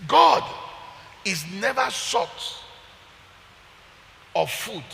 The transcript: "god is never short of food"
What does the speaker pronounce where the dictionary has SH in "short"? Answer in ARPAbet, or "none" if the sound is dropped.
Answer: S